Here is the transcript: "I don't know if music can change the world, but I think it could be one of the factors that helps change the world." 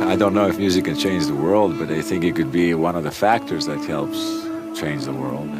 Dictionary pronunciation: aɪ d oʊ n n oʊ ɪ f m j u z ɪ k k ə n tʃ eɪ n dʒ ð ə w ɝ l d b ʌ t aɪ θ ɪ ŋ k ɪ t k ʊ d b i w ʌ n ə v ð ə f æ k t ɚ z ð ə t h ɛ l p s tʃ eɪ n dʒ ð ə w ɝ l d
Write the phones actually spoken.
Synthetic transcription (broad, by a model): aɪ d oʊ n n oʊ ɪ f m j u z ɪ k k ə n tʃ eɪ n dʒ ð ə w ɝ l d b ʌ t aɪ θ ɪ ŋ k ɪ t k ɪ d b i w ʌ n ə v ð ə f æ k t ɚ z ð ə t h ɛ l p s tʃ eɪ n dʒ ð ə w ɝ l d